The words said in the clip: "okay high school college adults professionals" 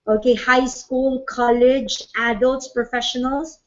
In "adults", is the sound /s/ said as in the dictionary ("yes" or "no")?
no